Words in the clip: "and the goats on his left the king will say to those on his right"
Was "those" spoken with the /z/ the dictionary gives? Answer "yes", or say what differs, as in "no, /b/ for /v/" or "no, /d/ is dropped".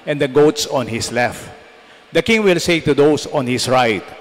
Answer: no, /s/ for /z/